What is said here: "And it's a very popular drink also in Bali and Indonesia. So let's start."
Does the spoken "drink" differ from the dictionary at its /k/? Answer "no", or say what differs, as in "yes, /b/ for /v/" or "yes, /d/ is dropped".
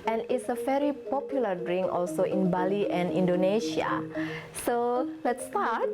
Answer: yes, /k/ is dropped